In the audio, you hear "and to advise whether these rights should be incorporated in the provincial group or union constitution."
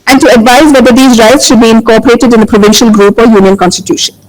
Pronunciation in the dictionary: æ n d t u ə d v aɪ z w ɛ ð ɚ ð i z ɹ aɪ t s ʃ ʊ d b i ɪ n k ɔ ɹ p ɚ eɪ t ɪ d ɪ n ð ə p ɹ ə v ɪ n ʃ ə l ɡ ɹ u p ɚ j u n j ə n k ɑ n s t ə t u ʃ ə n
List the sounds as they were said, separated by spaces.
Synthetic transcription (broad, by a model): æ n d t u ə d v aɪ z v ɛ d ɚ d i z ɹ aɪ t s ʃ ʊ d b i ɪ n k ɔ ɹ p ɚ eɪ t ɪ d ɪ n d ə p ɹ ə v ɪ n ʃ ə l ɡ ɹ u p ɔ j u n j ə n k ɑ n s t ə t u ʃ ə n